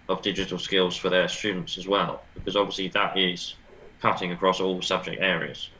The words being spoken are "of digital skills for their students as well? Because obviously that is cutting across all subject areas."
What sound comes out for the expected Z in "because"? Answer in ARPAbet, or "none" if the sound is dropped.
Z